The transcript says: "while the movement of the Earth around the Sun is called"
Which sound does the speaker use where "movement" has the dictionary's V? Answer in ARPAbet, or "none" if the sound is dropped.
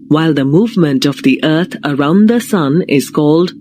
V